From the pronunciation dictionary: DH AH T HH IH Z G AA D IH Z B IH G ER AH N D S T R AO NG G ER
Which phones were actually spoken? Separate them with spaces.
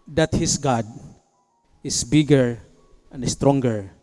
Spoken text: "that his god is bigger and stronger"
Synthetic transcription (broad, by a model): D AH T HH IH S G AA D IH S B IH G ER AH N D S T R AO NG G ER